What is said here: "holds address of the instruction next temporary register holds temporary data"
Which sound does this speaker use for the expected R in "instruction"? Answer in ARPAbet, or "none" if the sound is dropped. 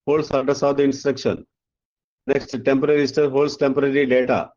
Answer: R